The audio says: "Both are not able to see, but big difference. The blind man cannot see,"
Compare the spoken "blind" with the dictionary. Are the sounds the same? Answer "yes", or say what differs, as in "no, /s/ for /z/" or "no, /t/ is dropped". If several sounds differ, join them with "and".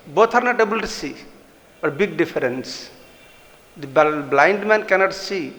yes